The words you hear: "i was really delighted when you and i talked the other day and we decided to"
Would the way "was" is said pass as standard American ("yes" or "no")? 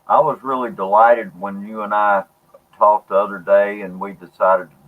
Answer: yes